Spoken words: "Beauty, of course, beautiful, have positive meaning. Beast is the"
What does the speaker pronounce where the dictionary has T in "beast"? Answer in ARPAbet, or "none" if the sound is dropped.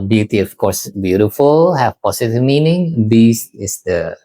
none